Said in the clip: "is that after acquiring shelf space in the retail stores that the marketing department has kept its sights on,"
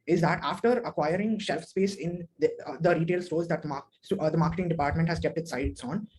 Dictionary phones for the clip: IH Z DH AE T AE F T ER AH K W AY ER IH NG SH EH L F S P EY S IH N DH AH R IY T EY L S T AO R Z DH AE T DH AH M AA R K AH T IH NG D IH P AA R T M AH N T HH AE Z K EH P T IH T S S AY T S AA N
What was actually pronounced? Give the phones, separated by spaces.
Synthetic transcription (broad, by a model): IH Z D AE T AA F T ER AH K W AY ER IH NG SH EH L F S P EY S IH N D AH R IY T EY L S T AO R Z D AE T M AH M AA R K AH T IH NG D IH P AA R T M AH N T HH AE Z K EH P T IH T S S AY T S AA N